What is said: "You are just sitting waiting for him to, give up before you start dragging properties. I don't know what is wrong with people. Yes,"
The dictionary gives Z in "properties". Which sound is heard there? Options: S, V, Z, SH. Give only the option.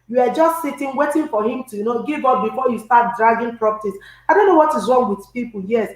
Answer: S